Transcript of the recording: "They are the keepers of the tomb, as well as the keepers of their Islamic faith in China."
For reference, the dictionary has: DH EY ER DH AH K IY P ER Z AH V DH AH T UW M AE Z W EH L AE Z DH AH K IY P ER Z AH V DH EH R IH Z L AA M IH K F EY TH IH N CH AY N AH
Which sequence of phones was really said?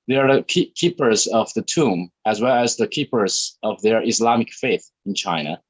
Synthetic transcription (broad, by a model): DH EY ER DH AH K IY P ER Z AH V DH AH T UW M AE Z W EH L AE Z DH AH K IY P ER Z AH V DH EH R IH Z L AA M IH K F EY TH IH N CH AY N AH